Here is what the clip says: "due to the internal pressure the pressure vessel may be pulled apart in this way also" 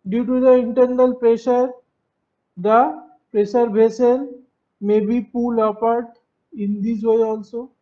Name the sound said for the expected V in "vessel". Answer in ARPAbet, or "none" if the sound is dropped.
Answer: B